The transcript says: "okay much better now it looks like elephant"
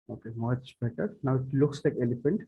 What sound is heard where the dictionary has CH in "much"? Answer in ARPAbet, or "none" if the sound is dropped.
S